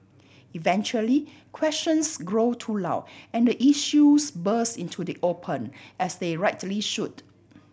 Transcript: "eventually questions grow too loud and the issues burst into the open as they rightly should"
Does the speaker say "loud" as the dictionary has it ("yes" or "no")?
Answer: no